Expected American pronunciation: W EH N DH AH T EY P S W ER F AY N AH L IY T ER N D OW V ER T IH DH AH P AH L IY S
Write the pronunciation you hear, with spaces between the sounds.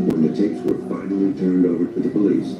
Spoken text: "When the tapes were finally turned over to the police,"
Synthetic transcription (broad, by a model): W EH N DH AH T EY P S W ER F AY N L IY T ER N D OW V ER T IH DH AH P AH L IY S